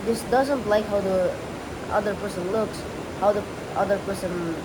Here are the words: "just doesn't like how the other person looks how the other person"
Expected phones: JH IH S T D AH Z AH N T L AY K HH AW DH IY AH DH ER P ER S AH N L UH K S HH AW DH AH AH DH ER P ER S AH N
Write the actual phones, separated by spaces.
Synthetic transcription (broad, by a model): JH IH S D AH Z AH N T L AY K HH AW DH IY AH DH ER P ER S AH N L UH K S HH AW DH AH AH DH ER P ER S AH N